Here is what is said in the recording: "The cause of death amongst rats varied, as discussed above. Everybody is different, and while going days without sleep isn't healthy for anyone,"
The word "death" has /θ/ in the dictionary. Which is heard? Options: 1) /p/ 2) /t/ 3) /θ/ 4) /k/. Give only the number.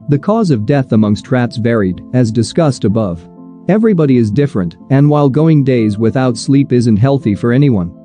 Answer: 3